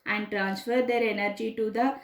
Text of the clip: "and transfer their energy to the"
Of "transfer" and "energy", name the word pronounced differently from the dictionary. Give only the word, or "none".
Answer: none